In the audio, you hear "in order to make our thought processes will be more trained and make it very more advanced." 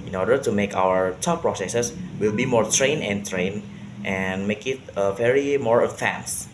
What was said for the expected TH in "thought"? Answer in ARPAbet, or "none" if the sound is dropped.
T